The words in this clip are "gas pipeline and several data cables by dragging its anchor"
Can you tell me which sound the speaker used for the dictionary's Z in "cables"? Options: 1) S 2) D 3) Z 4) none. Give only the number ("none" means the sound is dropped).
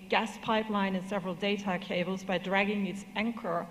3